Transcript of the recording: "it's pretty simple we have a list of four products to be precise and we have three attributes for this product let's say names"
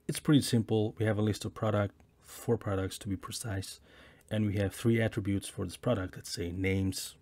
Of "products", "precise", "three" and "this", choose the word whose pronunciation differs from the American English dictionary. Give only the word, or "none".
none